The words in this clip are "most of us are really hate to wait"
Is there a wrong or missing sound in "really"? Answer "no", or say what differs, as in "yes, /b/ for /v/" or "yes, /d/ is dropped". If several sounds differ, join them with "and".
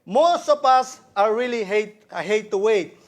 yes, /l/ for /ɹ/